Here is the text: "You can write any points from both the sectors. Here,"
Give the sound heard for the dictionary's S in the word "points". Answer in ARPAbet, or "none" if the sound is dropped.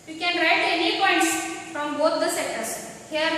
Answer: S